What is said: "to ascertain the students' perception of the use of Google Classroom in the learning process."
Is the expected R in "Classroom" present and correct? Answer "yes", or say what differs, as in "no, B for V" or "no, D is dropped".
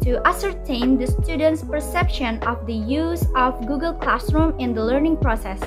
yes